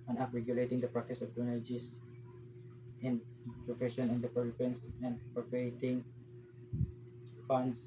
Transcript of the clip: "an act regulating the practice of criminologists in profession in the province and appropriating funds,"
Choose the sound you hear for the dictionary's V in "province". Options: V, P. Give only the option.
P